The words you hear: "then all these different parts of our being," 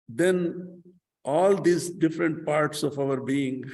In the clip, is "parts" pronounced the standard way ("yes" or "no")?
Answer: yes